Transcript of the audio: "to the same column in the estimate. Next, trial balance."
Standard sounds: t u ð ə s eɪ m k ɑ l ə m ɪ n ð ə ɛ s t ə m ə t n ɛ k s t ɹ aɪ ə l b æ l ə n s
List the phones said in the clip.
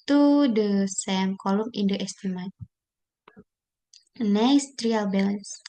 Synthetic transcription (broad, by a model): t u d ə s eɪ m k ɑ l ə m ɪ n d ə ɛ s t ə m ə t n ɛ s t ɹ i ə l b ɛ l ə n s